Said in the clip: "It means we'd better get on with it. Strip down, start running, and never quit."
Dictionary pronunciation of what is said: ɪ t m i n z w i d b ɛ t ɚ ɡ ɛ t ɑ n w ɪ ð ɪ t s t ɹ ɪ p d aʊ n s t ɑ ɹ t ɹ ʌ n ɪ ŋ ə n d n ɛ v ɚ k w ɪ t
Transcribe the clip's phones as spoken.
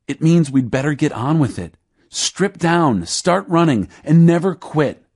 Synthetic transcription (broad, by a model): ɪ t m i n z w i d b ɛ t ɚ ɡ ɛ t n w ɪ ð ɪ t s t ɹ ɪ p d aʊ n s t ɑ ɹ t ɹ ʌ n ɪ ŋ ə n n ɛ v ɚ k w ɪ t